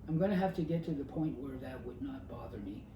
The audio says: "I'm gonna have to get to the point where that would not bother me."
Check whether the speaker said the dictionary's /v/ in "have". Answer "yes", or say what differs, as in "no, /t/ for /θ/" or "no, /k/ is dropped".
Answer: no, /f/ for /v/